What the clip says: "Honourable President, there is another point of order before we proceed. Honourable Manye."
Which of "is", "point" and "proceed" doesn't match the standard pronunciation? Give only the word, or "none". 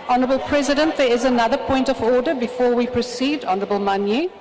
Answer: none